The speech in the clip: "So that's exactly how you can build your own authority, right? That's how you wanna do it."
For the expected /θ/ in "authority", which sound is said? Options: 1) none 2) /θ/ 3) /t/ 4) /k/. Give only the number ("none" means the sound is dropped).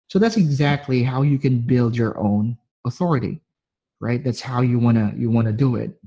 2